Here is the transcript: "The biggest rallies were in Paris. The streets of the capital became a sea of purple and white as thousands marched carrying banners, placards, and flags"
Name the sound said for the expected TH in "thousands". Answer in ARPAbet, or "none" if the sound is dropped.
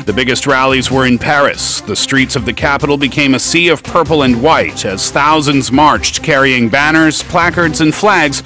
TH